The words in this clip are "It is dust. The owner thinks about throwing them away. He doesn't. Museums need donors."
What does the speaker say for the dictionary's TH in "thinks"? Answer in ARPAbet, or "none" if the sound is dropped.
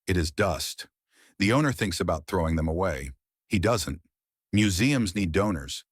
TH